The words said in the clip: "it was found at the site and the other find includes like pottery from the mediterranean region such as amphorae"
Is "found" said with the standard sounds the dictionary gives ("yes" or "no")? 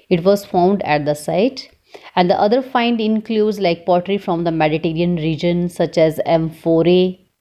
yes